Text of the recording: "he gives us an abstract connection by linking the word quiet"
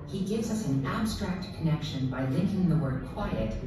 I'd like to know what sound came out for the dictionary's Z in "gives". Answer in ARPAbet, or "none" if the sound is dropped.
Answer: Z